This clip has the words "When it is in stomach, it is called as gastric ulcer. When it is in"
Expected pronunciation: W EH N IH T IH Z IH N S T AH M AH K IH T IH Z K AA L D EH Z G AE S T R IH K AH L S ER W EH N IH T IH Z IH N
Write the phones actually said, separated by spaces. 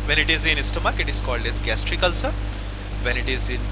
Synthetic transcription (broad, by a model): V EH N IH T IH Z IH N S T AH M AH K IH T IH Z K AA L D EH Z G AE S T R IH K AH L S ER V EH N IH T IH Z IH N